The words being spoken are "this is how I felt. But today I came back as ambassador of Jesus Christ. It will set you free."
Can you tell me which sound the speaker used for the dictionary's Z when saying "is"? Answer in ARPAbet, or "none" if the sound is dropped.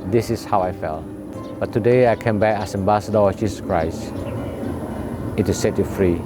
S